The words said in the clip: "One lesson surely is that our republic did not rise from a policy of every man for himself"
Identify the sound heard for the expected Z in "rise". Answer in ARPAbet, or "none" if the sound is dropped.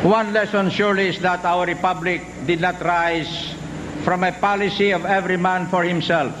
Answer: S